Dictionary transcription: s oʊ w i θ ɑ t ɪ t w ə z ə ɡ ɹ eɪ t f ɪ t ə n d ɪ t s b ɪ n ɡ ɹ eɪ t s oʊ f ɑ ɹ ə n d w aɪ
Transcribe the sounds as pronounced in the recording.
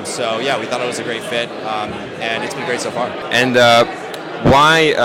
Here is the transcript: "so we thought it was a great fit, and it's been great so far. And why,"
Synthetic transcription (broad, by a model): s oʊ w i θ ɑ t ɪ t w ə z ə ɡ ɹ eɪ t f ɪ t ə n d ɪ t s b ɪ n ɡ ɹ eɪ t s oʊ f ɑ ɹ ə n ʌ w aɪ